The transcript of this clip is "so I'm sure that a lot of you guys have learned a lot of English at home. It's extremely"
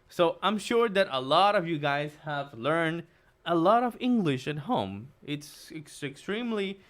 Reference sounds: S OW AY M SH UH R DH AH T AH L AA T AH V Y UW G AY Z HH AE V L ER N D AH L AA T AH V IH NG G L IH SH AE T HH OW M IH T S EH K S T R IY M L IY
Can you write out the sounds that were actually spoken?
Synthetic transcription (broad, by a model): S OW AY M SH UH R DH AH T AH L AA T AH V Y UW G AY Z HH AE V L ER N D AH L AA T AH V IH NG G L IH SH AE T HH OW M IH T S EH K S T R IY M L IY